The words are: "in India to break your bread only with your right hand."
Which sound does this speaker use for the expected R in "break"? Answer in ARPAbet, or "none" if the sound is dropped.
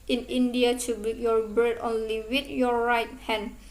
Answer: none